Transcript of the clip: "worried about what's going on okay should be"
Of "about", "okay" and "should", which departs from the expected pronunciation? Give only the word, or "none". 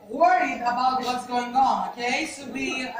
should